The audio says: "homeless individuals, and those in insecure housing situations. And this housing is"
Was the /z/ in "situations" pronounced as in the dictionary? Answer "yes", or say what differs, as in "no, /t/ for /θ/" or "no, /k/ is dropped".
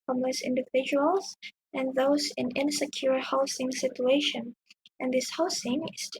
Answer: no, /z/ is dropped